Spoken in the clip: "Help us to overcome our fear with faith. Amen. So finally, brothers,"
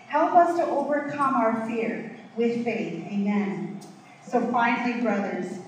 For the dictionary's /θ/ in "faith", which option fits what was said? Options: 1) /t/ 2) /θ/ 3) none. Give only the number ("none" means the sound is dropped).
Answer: 2